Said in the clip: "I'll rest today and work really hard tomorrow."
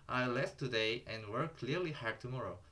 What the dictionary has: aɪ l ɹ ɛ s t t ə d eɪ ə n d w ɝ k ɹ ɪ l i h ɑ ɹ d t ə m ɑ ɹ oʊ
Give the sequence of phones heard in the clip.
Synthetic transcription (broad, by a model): aɪ l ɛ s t t ə d eɪ ə n d w ɝ k l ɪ l i h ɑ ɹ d t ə m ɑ ɹ oʊ